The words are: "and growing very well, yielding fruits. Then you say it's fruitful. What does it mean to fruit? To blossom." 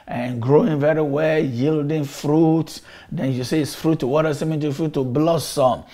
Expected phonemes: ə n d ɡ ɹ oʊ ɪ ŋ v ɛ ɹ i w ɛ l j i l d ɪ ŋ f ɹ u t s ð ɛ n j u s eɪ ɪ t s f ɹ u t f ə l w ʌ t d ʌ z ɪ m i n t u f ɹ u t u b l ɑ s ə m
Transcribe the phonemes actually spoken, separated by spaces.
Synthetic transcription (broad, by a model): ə n ɡ ɹ oʊ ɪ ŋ v ɛ ɹ i w ɛ l j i l d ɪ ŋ f ɹ u t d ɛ n j u s eɪ ɪ t s f ɹ u t ə w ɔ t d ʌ s ɪ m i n t u f ɹ u t u b l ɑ s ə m